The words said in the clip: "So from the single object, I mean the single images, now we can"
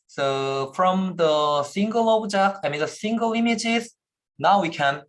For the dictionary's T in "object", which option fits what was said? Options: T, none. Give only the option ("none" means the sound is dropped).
none